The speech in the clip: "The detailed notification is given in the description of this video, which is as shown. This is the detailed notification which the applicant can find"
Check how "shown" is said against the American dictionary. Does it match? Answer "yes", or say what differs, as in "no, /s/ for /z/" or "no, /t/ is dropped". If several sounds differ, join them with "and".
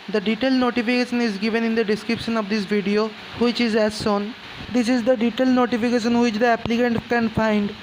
no, /s/ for /ʃ/